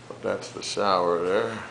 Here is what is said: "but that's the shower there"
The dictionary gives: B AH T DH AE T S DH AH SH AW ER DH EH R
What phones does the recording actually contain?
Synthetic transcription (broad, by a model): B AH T DH AE T S DH AH S AW ER DH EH R